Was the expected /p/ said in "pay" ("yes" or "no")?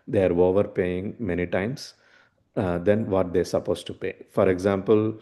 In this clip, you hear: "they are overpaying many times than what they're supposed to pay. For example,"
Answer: yes